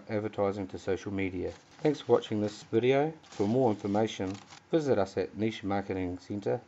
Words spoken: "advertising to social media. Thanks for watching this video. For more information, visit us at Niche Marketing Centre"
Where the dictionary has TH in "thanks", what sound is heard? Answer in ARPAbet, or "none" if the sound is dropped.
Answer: TH